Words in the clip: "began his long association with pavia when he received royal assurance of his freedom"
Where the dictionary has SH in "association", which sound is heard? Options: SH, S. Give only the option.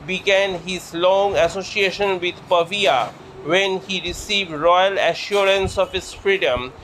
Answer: SH